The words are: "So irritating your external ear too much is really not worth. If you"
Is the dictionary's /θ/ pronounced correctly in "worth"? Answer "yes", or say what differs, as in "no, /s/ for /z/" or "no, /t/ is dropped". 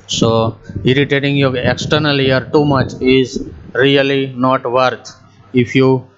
no, /t/ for /θ/